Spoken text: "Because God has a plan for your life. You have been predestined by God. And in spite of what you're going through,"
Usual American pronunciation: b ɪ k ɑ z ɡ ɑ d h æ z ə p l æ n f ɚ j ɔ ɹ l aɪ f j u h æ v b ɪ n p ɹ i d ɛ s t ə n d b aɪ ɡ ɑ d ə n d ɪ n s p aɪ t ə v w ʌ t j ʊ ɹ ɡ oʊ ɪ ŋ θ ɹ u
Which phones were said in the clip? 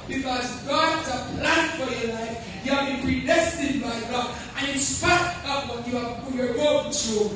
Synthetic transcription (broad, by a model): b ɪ k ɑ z ɡ ɑ d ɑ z ə p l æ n f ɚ j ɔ l aɪ f j u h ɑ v b ɪ n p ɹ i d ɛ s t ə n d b aɪ ɡ ɑ d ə n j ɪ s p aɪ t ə p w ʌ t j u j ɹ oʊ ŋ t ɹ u